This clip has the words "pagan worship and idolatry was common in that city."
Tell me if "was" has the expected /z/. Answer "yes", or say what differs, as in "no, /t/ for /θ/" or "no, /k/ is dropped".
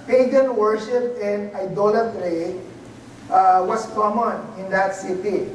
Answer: no, /s/ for /z/